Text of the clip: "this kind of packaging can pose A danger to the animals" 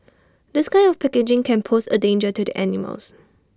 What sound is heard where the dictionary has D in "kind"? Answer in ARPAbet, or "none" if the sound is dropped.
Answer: none